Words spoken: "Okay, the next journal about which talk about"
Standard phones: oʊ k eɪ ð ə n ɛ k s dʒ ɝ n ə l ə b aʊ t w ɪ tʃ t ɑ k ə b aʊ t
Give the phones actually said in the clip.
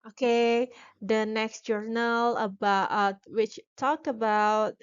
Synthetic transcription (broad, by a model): oʊ k eɪ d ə n ɛ k s dʒ ɝ n ə l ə b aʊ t w ɪ tʃ t ɑ k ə b aʊ t